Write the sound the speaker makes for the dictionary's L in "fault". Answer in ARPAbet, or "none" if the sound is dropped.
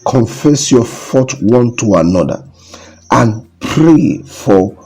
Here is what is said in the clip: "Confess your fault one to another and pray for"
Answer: none